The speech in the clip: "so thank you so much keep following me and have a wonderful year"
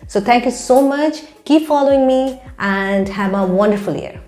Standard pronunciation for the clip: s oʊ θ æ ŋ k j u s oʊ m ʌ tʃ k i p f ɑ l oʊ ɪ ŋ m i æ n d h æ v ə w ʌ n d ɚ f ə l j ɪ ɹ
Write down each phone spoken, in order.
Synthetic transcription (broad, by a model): s oʊ t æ ŋ k j u s oʊ m ʌ tʃ k i p f ɑ l oʊ ɪ ŋ m i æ n d h æ v ə w ʌ n d ɚ f ə l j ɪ ɹ